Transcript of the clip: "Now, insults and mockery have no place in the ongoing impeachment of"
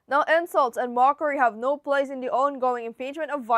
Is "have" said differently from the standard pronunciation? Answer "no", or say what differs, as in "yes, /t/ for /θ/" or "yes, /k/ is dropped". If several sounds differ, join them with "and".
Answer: no